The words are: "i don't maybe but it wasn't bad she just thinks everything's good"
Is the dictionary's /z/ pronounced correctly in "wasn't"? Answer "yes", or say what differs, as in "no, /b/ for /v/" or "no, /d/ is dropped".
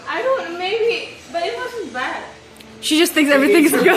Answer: no, /s/ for /z/